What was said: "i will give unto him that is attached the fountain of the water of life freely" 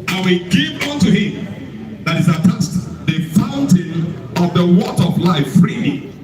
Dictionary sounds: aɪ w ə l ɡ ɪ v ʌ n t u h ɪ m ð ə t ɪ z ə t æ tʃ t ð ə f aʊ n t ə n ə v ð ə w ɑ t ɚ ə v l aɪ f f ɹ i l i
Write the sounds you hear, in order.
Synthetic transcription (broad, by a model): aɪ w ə ɡ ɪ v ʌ n t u h ɪ m ð ə t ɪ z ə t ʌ s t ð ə f aʊ n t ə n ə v ð ə w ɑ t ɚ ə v l aɪ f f ɹ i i